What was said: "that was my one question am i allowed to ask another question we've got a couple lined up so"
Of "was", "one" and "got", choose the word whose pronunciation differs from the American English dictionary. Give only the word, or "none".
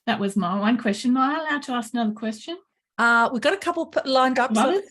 none